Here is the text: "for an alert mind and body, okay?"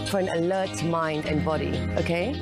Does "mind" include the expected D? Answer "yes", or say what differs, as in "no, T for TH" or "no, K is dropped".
yes